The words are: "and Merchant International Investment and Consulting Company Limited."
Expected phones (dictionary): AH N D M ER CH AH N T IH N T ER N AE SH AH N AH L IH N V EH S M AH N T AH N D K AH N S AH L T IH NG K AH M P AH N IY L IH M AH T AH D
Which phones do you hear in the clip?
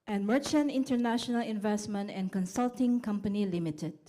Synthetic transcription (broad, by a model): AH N M ER CH AH N T IH N T ER N AE SH AH N AH L IH N V EH S M AH N T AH N K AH N S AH L T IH NG K AH M P AH N IY L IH M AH T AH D